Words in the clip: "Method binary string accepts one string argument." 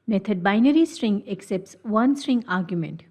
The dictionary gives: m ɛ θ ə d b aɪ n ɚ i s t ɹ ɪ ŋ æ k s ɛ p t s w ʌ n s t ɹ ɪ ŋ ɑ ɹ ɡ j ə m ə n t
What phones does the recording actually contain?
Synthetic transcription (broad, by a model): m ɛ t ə d b aɪ n ɚ i s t ɹ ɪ ŋ æ k s ɛ p t s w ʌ n s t ɹ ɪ ŋ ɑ ɹ ɡ j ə m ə n t